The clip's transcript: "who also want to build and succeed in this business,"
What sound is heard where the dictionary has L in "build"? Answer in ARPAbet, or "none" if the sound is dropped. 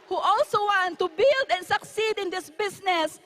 L